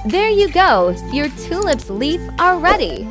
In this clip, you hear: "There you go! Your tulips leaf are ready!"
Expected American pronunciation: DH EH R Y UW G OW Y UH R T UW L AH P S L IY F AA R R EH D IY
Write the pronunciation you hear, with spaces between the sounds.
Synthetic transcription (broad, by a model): DH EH R Y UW G OW Y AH R T UW L AH P S L IY F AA L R EH D IY